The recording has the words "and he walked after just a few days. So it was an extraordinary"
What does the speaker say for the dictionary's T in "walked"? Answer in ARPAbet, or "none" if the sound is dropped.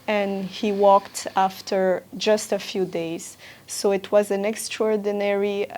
T